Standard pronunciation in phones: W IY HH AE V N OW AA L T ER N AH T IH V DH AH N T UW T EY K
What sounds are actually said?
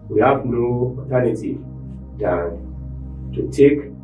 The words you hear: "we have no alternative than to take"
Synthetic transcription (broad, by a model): W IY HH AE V N OW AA T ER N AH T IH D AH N T UW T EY K